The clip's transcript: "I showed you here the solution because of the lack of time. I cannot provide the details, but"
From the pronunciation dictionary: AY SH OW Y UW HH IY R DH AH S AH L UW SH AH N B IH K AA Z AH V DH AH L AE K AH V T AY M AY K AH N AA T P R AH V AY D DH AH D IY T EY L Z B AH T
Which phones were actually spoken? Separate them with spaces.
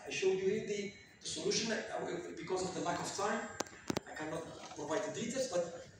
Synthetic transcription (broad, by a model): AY SH OW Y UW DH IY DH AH S AH L UW SH AH N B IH K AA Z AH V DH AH L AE K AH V T AY M AY K AH N AA T P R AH V AY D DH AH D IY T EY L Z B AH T